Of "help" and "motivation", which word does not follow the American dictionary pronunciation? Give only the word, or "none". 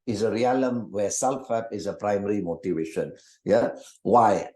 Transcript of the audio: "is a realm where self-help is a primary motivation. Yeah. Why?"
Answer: help